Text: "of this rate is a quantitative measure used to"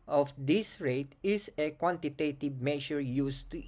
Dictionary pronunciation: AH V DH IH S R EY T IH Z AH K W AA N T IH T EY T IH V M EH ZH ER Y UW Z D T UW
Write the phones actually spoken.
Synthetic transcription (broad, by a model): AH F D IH S R EY T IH S AH K W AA N T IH T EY T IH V M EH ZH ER Y UW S T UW